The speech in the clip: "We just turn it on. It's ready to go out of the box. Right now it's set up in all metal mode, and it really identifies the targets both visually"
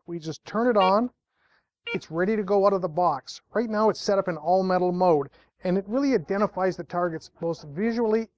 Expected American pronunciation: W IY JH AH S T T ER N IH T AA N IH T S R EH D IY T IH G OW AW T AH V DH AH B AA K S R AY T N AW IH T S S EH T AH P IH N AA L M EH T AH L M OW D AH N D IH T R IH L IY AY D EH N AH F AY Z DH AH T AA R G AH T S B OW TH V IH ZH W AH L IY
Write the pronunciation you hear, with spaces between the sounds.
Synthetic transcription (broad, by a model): W IY JH AH S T T ER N IH T N IH T S R EH D IY T IH G OW AW T AH V DH AH B AA K S R AY T N AW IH T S S EH T AH P IH N AA L M EH T L M OW D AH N IH T R IH L IY AY D EH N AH F AY Z DH AH T AA R G AH T S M OW T V IH ZH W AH L IY